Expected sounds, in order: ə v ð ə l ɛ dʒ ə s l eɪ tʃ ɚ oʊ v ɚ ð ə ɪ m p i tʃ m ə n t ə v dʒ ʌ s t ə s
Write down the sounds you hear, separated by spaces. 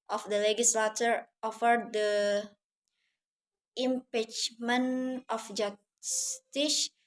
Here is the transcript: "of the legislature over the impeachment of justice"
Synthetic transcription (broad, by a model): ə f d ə l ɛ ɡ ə s l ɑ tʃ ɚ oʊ f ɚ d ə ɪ m p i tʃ m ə n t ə f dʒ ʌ s t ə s